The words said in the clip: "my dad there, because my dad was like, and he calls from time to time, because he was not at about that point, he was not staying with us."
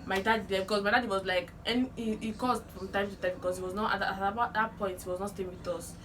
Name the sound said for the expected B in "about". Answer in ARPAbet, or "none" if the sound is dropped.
none